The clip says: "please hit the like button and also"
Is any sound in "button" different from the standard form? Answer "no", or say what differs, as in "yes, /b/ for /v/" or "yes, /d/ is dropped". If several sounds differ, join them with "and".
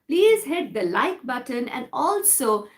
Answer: no